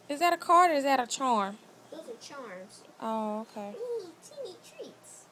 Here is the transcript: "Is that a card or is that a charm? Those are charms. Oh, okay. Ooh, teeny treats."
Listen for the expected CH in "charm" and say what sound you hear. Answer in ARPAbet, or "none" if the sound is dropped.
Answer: CH